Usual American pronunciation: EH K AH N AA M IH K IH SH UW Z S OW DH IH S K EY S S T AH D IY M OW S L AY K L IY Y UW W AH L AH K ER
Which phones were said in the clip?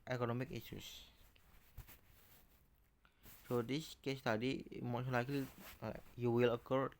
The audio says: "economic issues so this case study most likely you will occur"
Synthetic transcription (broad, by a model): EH K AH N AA M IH K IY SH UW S S OW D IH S K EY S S T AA D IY M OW SH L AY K L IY Y UW W AH L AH K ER